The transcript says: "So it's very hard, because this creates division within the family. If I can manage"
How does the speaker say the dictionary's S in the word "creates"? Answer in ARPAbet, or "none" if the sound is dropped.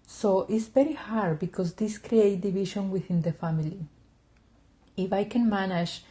none